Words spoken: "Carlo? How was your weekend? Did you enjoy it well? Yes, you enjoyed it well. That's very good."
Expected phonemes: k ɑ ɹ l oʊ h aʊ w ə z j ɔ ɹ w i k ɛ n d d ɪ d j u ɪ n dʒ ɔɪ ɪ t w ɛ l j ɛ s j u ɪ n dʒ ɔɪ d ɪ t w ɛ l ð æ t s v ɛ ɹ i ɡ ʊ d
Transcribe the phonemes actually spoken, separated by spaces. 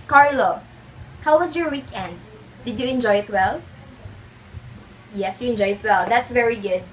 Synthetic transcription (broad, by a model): k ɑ ɹ l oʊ h aʊ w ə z j ɔ ɹ w i k ɛ n d d ɪ d j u ɪ n dʒ ɔɪ ɪ t w ɛ l j ɛ s j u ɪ n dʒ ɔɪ ɪ t w ɛ l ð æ t s v ɛ ɹ i ɡ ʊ d